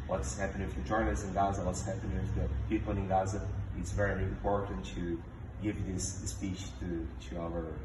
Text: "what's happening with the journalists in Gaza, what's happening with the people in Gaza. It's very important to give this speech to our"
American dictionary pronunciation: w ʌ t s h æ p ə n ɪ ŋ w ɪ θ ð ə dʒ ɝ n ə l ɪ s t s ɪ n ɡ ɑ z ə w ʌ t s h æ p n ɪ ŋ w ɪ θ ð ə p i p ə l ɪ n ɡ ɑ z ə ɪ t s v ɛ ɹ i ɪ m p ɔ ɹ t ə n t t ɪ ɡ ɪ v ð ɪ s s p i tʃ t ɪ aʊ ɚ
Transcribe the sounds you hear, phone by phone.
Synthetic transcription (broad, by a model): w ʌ t s h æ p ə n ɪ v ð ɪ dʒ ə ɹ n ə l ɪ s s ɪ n ɡ ɑ z ə w ʌ t s h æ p ɪ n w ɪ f ð ə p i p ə n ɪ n ɡ ɑ z ə ɪ t s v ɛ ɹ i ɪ m p ɔ ɹ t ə n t t ɪ ɡ ɪ v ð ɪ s s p i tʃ t ɪ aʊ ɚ